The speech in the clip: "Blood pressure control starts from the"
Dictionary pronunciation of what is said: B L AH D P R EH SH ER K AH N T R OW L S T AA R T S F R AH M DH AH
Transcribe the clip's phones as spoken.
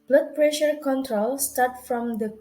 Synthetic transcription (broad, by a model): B L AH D P R EH SH ER K AH N T R OW L S T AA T F R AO M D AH